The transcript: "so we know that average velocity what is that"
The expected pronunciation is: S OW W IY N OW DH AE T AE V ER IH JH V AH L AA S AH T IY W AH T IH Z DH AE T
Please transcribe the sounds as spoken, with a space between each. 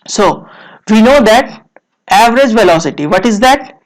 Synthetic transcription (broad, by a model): S OW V IY N OW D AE T AE V ER IH JH V AH L AA S AH T IY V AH T IH Z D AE T